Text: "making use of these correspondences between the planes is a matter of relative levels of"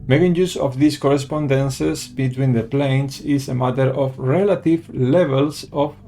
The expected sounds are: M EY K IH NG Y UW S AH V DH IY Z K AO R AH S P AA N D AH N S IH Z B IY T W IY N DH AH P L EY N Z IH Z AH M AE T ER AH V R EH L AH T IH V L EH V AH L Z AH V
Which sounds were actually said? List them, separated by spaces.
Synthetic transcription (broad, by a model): M EY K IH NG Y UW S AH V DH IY S K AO R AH S P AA N D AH N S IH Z B IY T W IY N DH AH P L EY N S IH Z AH M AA T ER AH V R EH L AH T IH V L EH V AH L S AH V